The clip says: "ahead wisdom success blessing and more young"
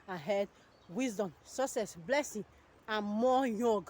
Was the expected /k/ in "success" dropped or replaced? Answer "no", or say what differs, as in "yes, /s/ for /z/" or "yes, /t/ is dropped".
yes, /k/ is dropped